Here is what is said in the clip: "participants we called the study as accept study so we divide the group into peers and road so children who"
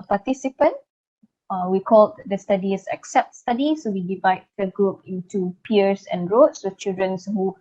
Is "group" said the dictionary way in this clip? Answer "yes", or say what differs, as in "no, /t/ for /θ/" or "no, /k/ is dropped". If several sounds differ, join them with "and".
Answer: yes